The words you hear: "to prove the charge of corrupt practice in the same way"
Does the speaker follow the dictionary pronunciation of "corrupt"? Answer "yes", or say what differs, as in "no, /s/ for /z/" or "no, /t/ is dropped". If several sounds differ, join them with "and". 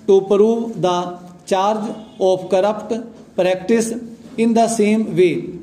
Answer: yes